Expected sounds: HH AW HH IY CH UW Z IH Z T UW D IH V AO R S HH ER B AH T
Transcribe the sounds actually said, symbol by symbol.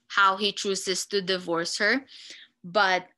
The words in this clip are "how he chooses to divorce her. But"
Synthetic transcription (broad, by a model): HH AW HH IY CH UW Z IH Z T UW D IH V AO R S HH ER B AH T